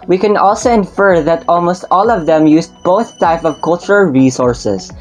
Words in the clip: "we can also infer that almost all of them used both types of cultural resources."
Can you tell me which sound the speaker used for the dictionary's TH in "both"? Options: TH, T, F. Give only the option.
TH